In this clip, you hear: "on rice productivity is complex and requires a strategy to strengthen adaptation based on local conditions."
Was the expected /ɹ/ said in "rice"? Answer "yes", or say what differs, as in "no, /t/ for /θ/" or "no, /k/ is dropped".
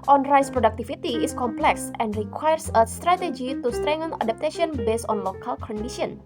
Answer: yes